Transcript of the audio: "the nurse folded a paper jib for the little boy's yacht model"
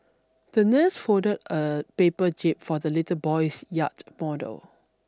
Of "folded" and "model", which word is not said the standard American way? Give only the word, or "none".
folded